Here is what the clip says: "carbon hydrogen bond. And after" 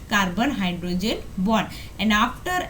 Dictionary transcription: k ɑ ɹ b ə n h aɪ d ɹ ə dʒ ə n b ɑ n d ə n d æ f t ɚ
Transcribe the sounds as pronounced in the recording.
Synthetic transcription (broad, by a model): k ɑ ɹ b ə n h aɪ d ɹ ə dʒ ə n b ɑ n ə n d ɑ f t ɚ